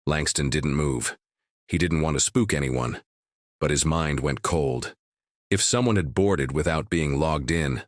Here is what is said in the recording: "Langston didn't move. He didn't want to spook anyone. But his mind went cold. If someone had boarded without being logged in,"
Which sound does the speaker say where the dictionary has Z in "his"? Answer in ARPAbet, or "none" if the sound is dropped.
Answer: Z